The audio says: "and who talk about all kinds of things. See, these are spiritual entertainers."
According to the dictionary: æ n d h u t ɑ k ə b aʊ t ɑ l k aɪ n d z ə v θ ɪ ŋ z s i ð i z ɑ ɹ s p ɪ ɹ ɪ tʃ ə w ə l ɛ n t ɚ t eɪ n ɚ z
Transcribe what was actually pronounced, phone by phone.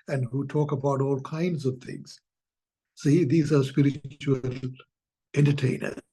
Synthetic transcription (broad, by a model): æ n d h u t ɑ k ə b aʊ t ɑ l k aɪ n d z ə v t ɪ ŋ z s i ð i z ɑ ɹ s p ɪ ɹ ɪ tʃ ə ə l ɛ n t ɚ t eɪ n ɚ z